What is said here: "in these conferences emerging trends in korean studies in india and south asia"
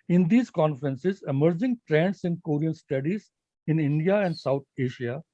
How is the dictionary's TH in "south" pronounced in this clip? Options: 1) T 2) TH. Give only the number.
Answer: 1